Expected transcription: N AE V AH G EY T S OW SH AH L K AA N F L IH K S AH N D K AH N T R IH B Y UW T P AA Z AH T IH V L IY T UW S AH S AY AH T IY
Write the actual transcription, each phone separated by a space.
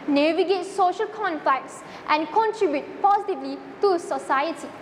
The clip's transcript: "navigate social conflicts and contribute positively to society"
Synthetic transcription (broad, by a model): N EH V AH G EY T S OW SH AH L K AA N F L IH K S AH N K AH N T R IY B Y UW T P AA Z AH T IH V L IY T UW S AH S AY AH T IY